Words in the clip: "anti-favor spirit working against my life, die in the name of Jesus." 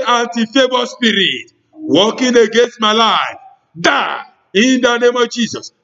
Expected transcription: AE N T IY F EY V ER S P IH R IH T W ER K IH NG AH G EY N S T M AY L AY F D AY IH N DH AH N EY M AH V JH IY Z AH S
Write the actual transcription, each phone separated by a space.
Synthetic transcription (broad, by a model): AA N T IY F EY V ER S P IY R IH T W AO K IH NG AH G EY N S T M AY L AY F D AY IH N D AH N EY M AH V JH IY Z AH S